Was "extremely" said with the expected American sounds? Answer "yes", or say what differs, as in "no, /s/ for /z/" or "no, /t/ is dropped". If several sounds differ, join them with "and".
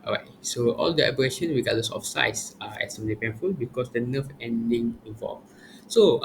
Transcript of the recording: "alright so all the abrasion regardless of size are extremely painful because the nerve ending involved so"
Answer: no, /k/ is dropped and /m/ is dropped